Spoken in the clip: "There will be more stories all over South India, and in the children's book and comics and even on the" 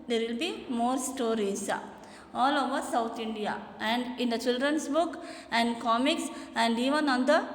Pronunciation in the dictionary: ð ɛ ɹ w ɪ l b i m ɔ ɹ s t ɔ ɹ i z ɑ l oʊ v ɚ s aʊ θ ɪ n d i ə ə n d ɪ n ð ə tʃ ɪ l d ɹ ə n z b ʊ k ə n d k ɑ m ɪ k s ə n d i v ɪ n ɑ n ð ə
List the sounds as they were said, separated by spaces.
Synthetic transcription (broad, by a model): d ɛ ɹ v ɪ l b i m ɔ ɹ s t ɔ ɹ i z ɑ l oʊ v ɚ s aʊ t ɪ n d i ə ə n d ɪ n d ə tʃ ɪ l d ɹ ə n s b ʊ k ə n d k ɑ m ɪ k s ə n d i v ɪ n ɑ n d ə